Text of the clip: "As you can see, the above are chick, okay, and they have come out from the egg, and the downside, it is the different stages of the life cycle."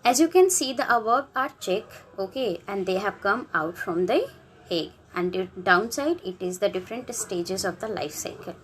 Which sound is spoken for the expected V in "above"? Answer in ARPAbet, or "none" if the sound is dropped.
B